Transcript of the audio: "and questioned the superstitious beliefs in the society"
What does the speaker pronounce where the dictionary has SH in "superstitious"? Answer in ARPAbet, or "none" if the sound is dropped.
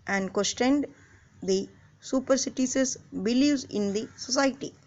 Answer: S